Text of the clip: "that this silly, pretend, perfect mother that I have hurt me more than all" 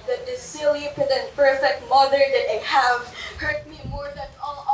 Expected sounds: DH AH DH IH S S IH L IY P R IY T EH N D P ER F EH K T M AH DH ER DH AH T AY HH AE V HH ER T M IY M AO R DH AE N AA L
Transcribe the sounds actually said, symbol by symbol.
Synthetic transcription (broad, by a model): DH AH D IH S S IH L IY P IY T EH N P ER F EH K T M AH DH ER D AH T AY HH AE V HH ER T M IY M AO R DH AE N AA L